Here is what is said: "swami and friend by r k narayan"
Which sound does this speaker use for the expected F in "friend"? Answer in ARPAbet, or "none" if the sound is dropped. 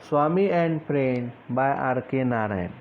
P